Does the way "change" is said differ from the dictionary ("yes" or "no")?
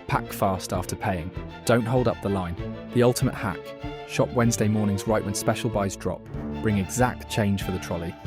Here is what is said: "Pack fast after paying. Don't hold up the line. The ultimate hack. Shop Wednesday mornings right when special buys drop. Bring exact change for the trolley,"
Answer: yes